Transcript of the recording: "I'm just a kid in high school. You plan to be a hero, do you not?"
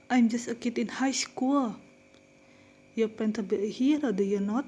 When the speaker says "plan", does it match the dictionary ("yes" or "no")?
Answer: no